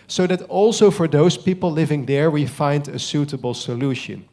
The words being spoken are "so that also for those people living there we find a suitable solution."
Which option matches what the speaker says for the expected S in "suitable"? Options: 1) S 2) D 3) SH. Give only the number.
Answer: 1